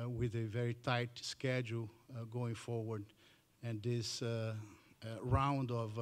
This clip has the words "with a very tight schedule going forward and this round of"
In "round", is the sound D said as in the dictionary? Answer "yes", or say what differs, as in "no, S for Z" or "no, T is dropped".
yes